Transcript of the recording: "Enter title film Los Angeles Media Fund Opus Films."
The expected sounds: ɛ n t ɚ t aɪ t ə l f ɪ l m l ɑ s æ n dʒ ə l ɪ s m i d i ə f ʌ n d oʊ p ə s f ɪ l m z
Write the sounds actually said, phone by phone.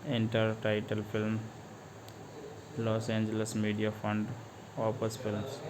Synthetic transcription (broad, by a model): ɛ n t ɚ t aɪ t ə l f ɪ l m l ɑ s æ n dʒ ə l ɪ s m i d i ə f ʌ n d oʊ p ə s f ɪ l m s